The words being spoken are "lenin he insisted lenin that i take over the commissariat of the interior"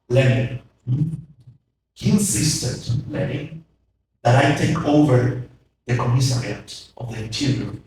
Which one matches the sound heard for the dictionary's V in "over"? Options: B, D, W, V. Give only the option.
V